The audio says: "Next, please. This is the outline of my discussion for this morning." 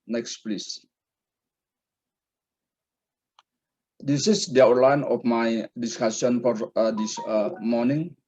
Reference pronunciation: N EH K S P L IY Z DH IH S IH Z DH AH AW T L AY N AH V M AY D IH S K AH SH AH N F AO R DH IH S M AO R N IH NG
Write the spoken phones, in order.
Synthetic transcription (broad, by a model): N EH K S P L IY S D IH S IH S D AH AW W L AY N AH F M AY D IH S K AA S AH N F AO R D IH S M AO R N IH NG